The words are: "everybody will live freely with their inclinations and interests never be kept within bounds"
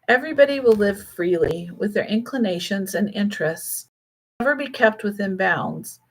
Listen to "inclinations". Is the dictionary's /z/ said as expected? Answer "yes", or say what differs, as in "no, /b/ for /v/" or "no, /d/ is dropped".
yes